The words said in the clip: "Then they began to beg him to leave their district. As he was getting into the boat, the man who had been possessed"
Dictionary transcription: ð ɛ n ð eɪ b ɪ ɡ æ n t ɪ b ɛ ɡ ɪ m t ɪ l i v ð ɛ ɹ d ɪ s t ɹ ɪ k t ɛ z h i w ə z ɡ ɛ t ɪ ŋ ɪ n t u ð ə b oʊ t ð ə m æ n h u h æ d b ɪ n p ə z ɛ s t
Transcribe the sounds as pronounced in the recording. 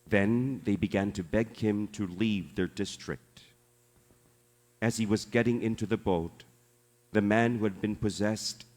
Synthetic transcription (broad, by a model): ð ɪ n ð eɪ b ɪ ɡ æ n t ɪ b ɛ ɡ ɪ m t ɪ l i v ð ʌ ɹ d ɪ s t ɹ ɪ k t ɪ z i w ə z ɡ ɛ t ɪ ŋ ɪ n t u ð ə b oʊ t ð ə m æ n h u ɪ d b ɪ n p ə z ɛ s t